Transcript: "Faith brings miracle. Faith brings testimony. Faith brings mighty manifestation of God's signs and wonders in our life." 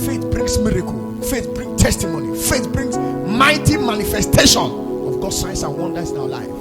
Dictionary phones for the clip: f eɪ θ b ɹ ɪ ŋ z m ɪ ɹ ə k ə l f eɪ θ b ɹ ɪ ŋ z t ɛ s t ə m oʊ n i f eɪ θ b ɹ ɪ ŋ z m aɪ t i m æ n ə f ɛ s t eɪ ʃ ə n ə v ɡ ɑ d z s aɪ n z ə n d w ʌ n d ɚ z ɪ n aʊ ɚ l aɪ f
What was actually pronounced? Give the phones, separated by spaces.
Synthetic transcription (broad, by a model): f eɪ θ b ɹ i ŋ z m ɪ ɹ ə k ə l f eɪ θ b ɹ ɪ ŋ t ɛ s t ə m oʊ n i f eɪ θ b ɹ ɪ ŋ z m aɪ t i m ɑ n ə f ɛ s t eɪ ʃ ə n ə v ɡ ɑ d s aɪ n s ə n w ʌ n d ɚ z ɪ n aʊ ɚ l aɪ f